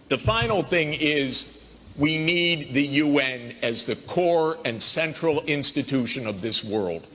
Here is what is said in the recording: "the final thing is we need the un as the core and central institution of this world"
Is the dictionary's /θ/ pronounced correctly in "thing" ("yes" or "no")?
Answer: yes